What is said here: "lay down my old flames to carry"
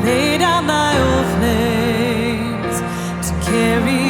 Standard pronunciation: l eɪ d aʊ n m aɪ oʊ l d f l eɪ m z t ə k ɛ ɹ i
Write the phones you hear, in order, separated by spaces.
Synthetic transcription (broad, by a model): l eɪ d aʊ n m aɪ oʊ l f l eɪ z t ə k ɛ ɹ i